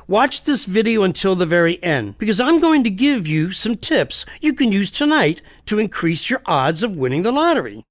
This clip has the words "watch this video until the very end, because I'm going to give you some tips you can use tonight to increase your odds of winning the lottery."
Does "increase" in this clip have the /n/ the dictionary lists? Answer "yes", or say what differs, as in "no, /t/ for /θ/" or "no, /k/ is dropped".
yes